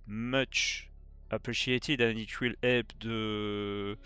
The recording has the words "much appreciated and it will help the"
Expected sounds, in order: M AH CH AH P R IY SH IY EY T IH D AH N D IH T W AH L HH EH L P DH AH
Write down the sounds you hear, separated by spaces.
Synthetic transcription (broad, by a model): M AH CH AH P R IY SH IY EY T IH D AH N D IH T W AH L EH P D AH